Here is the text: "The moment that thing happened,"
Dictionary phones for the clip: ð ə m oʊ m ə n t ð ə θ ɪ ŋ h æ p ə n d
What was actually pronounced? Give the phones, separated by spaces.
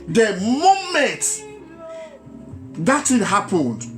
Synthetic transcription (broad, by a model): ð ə m oʊ m ə n t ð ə t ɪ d h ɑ p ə n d